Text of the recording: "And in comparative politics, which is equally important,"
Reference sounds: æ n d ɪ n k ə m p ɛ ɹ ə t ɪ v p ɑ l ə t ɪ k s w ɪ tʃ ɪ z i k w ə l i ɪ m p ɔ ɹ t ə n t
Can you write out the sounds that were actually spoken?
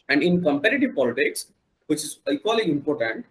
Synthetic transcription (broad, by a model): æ n d ɪ n k ə m p ɛ ɹ ə t ɪ v p ɑ l ə t ɪ k s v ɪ tʃ ɪ z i k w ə l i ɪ m p ɔ ɹ t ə n t